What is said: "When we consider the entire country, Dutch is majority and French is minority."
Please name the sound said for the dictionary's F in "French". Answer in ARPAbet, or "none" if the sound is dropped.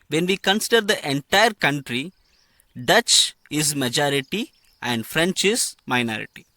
F